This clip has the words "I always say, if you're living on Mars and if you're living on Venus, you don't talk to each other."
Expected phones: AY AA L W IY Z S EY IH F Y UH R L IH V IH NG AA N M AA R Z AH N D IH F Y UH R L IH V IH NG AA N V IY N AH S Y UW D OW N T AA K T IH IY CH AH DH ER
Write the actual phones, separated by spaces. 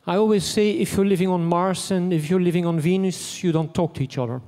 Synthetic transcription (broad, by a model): AY AA L W IY Z S EY IH F Y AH R L IH V IH NG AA N M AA R S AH N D IH F Y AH R L IH V IH NG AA N V IY N AH S Y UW D OW N T AA K T IH IY CH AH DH ER